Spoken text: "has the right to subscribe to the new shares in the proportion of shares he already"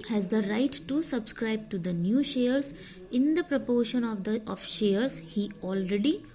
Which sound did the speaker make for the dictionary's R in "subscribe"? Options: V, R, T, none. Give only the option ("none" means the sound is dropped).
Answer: R